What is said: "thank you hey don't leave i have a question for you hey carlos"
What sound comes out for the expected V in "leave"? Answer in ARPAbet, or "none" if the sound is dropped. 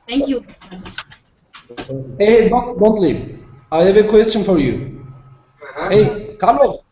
none